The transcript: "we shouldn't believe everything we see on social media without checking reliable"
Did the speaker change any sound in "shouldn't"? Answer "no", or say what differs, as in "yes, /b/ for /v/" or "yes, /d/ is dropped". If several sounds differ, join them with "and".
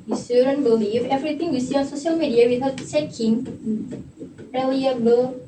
yes, /s/ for /ʃ/